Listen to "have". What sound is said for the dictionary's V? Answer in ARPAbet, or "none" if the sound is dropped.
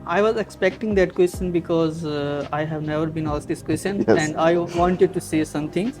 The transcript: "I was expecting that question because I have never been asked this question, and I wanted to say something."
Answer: V